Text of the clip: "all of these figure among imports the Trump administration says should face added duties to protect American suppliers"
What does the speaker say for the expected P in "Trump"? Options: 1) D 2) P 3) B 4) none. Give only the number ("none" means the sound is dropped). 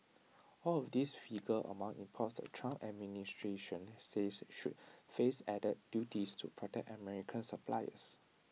4